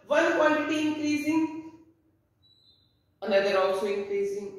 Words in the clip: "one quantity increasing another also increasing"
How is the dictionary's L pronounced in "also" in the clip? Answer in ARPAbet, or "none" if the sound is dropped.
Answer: L